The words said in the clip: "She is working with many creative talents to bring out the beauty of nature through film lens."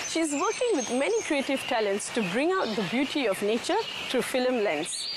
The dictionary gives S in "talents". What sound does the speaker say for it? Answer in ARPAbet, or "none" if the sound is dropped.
S